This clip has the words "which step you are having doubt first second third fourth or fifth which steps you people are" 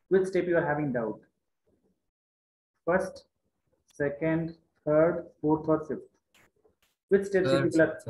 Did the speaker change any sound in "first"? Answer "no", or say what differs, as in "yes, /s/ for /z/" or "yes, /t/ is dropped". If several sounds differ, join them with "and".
no